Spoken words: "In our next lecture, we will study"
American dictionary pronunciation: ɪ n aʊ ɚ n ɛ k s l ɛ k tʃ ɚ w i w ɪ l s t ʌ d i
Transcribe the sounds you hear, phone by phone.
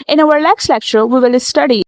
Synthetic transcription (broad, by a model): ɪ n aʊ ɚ l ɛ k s l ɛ k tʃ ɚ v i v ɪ l s t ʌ d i